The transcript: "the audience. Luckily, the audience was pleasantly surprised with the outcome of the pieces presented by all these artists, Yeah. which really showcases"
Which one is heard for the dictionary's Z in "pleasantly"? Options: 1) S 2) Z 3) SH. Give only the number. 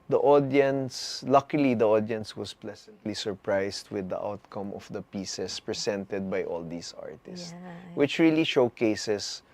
1